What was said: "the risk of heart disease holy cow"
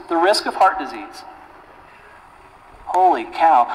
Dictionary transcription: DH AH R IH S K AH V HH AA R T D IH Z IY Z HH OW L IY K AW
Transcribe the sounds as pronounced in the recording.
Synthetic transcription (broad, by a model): DH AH R IH S K AH V HH AA R T D IH Z IY Z HH OW L IY K AW